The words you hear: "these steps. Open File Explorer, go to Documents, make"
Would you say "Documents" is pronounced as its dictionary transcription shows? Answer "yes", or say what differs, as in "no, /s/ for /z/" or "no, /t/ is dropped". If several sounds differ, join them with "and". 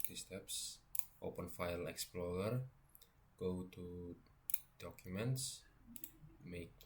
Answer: yes